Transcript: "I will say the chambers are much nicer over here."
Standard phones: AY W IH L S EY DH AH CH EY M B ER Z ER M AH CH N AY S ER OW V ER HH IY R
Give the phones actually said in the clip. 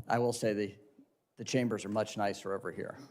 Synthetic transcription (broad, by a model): AY W IH L S EY DH AH CH EY M B ER Z ER M AH CH N AY S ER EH V ER HH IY R